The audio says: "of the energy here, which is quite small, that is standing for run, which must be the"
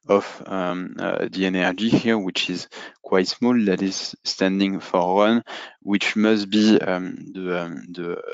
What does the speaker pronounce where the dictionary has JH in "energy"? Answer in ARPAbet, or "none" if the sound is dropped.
JH